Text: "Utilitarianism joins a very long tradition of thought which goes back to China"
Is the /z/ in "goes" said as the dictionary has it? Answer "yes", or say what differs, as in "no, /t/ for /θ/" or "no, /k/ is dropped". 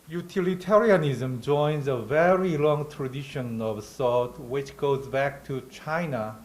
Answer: yes